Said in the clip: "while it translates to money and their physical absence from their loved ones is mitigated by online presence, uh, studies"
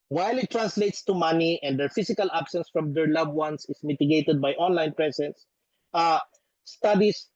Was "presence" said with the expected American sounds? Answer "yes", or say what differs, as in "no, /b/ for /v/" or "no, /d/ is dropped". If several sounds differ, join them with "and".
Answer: no, /s/ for /z/